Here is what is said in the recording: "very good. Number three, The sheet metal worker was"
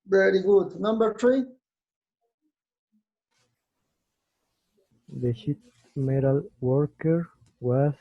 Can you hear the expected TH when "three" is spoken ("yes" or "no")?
no